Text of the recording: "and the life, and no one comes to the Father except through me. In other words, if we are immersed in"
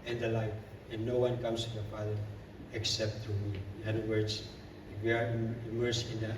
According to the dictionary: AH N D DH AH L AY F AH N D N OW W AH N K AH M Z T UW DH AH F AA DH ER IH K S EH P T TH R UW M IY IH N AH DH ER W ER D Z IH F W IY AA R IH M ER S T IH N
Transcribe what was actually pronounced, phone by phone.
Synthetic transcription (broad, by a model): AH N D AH L AY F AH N N OW W AH N K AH M S T UW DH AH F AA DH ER IH K S EH P T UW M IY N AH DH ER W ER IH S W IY AA R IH M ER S IH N